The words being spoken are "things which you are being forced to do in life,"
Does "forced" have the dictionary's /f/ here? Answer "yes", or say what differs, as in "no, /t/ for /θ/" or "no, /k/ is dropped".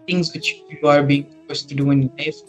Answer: no, /p/ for /f/